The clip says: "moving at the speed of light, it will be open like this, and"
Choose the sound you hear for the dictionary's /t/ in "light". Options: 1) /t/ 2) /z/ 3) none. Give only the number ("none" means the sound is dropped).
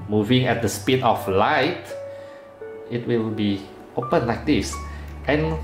1